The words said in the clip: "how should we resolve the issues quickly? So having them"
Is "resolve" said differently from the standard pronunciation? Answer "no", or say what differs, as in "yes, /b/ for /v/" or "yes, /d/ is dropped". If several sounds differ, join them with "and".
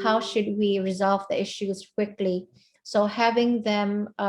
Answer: no